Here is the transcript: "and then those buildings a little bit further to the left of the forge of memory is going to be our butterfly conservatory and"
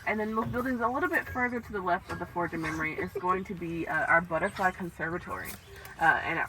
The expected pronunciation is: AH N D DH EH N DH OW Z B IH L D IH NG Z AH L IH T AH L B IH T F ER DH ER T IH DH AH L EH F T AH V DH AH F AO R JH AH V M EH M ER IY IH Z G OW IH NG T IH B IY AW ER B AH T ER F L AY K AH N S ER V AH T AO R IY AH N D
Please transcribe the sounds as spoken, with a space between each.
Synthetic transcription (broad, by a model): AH N DH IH N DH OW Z B IH L D IH NG Z AH L IH T L B IH T F ER DH ER T IH DH AH L EH F T AH V DH AH F AO R JH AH M EH M ER IY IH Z G OW IH NG T IH B IY AW ER B AH T ER F L AY K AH N S ER V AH T AO R IY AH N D